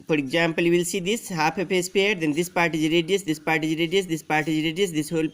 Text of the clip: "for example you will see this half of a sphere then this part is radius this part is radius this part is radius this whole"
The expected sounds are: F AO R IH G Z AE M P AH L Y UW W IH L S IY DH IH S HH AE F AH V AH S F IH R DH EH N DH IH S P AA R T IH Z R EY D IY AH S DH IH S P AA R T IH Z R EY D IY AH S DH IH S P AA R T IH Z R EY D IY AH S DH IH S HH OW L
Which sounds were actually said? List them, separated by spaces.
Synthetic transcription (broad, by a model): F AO R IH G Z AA M P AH L Y UW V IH L S IY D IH S HH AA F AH P AH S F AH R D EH N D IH S P AA R T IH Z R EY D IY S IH S P AA R T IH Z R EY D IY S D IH S P AA R T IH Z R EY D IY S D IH S HH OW L